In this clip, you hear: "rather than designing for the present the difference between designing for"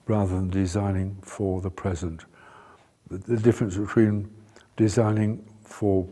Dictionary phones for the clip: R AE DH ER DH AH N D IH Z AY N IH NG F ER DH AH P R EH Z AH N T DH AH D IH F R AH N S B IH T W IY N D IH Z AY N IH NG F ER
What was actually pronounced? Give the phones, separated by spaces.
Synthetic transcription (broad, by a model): R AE DH ER DH AH N D IH Z AY N IH NG F ER DH AH P R EH Z AH N T DH AH D IH F R AH N S B IH T W IY N D IH Z AY N IH NG F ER